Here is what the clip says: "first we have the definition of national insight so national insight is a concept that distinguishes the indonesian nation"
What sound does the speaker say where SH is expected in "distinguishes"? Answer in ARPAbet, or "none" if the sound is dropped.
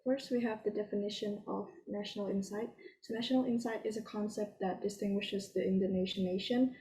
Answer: SH